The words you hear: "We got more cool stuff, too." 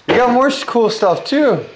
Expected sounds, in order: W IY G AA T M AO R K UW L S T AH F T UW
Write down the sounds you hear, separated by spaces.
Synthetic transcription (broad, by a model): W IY G AA T M AO R K UW L S T AH F T UW